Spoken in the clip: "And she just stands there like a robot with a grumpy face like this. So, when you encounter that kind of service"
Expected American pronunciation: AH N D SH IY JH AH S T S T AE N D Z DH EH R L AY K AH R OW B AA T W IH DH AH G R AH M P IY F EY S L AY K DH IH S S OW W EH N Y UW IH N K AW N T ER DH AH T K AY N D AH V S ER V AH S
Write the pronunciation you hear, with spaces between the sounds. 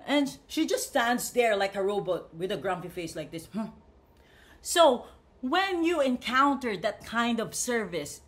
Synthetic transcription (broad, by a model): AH N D SH IY JH AH S T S T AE N D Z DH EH R L AY K AH R OW B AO T W IH DH AH G R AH M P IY F EY S L AY K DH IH S S OW W EH N Y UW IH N K AW N T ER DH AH T K AY N D AH V S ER V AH S